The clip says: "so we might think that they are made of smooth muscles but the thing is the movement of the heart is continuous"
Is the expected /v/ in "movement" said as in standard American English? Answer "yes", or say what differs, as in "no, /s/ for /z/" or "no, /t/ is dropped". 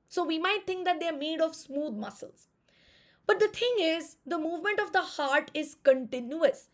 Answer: yes